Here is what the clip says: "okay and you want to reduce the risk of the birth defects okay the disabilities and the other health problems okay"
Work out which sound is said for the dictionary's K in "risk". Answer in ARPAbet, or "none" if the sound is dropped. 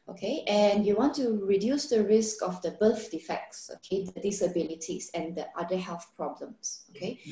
K